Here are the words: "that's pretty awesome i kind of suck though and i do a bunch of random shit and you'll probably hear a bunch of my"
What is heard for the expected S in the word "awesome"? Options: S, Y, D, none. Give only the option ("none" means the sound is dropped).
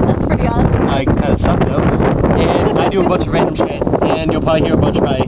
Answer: none